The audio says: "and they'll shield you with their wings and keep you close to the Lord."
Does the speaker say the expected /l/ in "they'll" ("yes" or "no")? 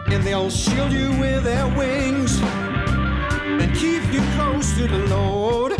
yes